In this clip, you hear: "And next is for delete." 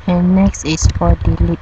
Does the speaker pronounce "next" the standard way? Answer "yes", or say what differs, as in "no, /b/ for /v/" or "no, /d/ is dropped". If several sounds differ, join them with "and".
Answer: yes